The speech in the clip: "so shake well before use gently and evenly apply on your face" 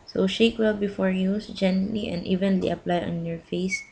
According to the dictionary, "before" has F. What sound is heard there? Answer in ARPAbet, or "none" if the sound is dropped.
F